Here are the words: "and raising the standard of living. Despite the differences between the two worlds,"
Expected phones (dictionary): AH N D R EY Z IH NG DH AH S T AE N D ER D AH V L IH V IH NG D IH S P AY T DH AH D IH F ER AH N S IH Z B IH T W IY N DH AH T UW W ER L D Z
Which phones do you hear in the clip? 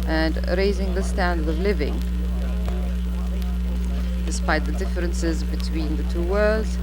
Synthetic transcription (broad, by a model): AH N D R EY Z IH NG DH AH S T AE N D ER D AH V L IH V IH NG D IH S P AY T DH AH D IH F ER AH N S IH Z B IH T W IY N DH AH T UW W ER L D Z